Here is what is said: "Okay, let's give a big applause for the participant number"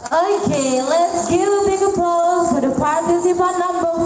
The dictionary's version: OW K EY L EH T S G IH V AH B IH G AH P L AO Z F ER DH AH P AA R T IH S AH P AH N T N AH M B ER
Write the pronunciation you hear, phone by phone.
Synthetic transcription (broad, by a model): OW K EY L EH T S G IH V AH B IH G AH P AO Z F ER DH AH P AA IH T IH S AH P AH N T N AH M B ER